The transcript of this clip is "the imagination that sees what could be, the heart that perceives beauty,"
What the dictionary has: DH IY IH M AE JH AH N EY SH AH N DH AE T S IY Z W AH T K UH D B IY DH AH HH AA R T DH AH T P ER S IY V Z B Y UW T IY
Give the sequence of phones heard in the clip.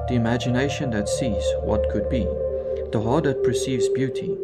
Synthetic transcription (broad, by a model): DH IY IH M AE JH AH N EY SH AH N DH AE T S IY Z W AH T K UH D B IY DH AH HH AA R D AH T P ER S IY V Z B Y UW T IY